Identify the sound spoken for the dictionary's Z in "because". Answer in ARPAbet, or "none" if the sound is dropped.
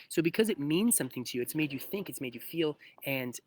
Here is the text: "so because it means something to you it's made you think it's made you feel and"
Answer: Z